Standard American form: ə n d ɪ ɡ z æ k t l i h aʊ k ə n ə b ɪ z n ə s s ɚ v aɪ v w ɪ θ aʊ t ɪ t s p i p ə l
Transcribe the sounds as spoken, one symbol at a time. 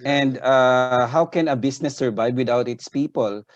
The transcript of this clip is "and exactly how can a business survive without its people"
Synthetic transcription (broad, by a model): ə n d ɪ h aʊ k ə n ə b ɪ s n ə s s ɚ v aɪ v w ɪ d aʊ t ɪ t s p i p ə l